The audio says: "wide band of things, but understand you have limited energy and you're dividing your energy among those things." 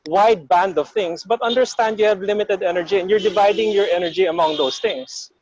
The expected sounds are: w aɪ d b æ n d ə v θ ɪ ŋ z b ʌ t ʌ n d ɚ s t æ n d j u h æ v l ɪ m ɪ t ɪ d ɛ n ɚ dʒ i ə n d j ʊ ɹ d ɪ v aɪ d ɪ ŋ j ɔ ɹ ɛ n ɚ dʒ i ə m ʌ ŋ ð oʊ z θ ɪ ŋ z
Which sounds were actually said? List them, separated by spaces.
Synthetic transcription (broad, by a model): w aɪ d b æ n d ə v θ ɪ ŋ s b ʌ t ʌ n d ɚ s t æ n d j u h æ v l ɪ m ɪ t ɪ d ɛ n ɚ dʒ i ə n d j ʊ ɹ d ɪ v aɪ d ɪ ŋ j ɔ ɹ ɛ n ɚ dʒ i ə m ʌ ŋ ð oʊ s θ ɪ ŋ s